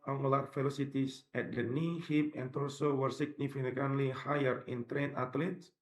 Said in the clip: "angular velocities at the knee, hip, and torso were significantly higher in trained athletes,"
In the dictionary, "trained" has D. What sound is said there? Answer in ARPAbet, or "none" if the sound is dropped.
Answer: none